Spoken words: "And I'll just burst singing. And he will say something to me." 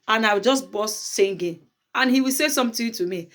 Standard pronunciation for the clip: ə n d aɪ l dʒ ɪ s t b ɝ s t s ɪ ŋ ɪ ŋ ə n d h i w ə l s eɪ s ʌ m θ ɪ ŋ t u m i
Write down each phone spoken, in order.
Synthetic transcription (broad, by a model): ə n aɪ w dʒ ɪ s t b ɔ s s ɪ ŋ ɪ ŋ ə n h i w ə l s eɪ s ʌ m t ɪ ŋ t u m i